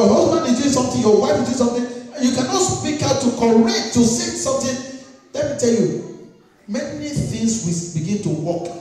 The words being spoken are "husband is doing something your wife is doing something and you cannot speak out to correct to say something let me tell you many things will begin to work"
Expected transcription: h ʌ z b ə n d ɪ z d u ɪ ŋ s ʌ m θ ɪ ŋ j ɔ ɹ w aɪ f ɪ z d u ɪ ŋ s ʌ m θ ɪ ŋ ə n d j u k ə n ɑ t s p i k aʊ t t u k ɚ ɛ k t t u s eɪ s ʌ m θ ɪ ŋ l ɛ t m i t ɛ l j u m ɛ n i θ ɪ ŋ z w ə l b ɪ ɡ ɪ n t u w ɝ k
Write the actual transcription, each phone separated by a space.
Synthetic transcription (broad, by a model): h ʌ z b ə n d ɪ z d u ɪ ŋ s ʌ m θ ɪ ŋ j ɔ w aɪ ɪ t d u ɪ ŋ s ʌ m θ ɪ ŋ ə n j u k ə n ɑ t s p i k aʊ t t u k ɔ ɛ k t t u s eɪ s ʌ m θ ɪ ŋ l ɛ t m i t ɛ l j u m ɛ n i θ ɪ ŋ s w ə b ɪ ɡ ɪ n t u w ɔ k